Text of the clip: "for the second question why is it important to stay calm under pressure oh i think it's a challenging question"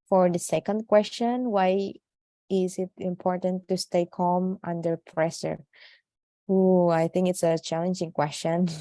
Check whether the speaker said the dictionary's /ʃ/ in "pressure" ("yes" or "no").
no